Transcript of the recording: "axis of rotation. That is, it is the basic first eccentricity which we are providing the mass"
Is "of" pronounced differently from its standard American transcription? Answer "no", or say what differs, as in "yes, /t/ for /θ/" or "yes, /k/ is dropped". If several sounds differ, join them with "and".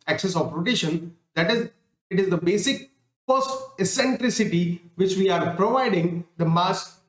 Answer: yes, /p/ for /v/